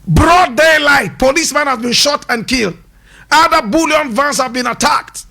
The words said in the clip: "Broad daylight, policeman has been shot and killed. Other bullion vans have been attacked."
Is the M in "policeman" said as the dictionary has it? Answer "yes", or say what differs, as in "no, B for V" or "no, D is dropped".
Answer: yes